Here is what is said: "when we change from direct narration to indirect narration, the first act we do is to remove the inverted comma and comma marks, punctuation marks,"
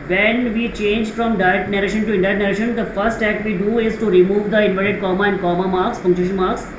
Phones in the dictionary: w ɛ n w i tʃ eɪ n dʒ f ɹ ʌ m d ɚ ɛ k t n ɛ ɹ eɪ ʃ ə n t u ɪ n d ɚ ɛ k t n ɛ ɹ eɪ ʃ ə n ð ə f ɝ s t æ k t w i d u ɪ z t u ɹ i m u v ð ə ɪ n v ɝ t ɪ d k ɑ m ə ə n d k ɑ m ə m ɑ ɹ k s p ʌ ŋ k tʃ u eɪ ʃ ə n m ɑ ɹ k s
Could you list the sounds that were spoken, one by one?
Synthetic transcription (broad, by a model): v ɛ n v i tʃ eɪ n dʒ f ɹ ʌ m d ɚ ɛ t n ɛ ɹ eɪ ʃ ə n t u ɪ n d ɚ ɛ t n ɛ ɹ eɪ ʃ ə n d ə f ɝ s t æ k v i d u ɪ z t u ɹ i m u v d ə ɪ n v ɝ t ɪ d k ɑ m ə ə n d k ɑ m ə m ɑ ɹ k s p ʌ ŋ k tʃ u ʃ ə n m ɑ ɹ k s